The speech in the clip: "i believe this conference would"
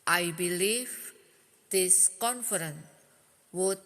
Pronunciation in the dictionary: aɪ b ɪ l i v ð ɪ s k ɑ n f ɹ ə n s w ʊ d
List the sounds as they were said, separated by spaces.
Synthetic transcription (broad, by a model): aɪ b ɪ l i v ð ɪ s k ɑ n f ɹ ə n w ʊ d